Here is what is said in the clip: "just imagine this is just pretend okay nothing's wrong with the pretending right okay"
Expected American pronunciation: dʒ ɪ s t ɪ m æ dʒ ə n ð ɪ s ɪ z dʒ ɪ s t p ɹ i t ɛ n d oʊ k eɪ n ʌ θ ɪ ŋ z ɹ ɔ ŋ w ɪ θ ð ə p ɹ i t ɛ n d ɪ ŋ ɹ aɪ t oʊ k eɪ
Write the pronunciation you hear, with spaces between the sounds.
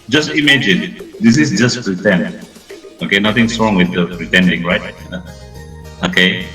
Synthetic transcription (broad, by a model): dʒ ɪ s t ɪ m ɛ dʒ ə n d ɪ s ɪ s dʒ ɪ s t p ɹ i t ɛ n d oʊ k eɪ n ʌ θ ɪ ŋ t ɹ ɔ ŋ w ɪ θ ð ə p ɹ i t ɛ n d ɪ ŋ ɹ aɪ t oʊ k eɪ